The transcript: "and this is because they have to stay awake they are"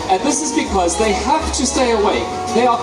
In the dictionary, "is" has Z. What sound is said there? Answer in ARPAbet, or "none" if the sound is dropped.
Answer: Z